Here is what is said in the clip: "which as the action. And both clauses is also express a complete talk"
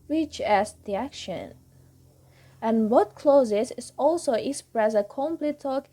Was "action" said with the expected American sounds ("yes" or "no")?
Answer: yes